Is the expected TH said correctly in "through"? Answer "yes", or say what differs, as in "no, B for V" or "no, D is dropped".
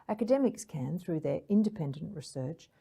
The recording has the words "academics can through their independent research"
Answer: yes